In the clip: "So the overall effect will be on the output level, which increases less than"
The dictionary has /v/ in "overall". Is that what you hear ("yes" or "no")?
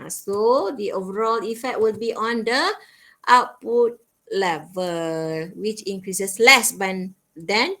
yes